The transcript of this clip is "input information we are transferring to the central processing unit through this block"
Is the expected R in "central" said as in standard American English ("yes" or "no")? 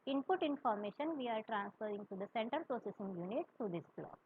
no